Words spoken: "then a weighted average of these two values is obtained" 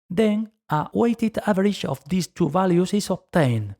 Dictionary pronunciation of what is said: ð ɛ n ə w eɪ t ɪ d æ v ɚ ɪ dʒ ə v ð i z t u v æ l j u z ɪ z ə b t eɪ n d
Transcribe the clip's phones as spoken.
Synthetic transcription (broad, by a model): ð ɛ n ə w eɪ t ɪ d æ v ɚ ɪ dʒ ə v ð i s t u v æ l j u s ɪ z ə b t eɪ n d